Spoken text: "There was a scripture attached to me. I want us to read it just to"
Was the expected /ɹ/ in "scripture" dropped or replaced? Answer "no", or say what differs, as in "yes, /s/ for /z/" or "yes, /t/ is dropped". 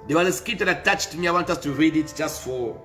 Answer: yes, /ɹ/ is dropped